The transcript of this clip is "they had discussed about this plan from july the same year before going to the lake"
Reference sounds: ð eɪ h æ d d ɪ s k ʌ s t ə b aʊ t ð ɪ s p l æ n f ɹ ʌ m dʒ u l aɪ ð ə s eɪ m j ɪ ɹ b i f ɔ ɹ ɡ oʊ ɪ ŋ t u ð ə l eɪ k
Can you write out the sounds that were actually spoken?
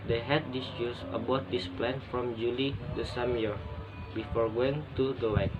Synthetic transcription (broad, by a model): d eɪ h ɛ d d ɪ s u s ə b aʊ t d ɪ s p l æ n f ɹ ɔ m dʒ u l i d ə s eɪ m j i ɹ b i f ɔ ɹ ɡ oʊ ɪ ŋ t u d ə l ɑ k